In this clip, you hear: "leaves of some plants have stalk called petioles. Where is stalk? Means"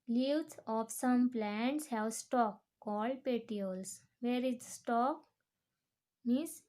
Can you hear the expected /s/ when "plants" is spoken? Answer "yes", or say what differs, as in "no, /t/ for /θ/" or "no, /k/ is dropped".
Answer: yes